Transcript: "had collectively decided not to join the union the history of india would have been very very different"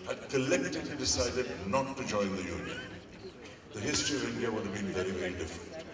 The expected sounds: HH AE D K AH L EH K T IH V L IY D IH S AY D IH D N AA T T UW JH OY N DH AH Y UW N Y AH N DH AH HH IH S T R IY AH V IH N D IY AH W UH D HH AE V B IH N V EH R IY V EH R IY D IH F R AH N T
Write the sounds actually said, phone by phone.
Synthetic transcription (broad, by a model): HH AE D K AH L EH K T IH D L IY D IH S AY D IH D N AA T T UW JH OY N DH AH Y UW N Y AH N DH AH HH IH S T R IY AH V IH N D IY AH W UH D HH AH V B IH N V EH R IY V EH R IY D IH F R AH N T